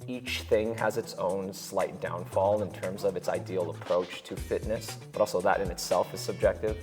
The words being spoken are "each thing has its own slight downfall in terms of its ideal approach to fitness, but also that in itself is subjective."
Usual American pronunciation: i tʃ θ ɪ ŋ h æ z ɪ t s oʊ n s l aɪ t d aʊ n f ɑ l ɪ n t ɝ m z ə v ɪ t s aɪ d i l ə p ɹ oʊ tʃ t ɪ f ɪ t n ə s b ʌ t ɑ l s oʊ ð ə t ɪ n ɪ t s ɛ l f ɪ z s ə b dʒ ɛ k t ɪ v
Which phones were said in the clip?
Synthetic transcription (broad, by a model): i tʃ θ ɪ ŋ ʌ z ɪ t s oʊ n s l aɪ t d aʊ n f ɑ l ɪ n t ɝ m z ə v ɪ t s aɪ d i l ə p ɹ oʊ tʃ t ɪ f ɪ t n ə s b ʌ t ɑ l s oʊ ð ə t ɪ n ɪ t s ɛ l f ɪ z s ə b dʒ ɛ k t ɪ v